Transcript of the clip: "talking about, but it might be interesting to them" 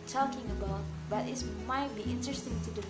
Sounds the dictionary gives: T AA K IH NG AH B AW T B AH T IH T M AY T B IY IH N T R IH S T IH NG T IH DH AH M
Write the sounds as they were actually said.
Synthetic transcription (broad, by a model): T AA K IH NG AH B AW T B AH T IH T M AY T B IY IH N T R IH S T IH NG T IH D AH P